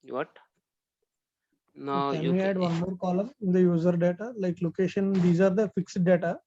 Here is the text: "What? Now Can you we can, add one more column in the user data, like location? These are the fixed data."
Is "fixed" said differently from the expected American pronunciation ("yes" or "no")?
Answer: no